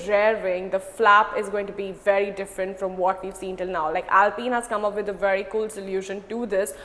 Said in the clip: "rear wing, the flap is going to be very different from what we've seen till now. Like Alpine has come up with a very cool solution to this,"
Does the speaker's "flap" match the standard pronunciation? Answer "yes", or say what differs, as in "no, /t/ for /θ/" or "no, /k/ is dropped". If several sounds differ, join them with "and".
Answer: yes